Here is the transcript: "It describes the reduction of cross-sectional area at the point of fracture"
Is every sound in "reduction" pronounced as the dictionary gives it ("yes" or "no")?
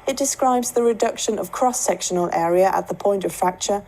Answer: yes